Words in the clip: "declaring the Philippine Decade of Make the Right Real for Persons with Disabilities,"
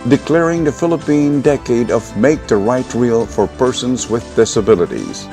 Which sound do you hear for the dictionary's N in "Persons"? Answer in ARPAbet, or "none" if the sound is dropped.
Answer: N